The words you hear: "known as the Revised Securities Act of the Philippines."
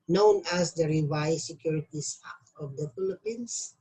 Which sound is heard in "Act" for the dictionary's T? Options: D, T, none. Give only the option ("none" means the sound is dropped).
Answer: none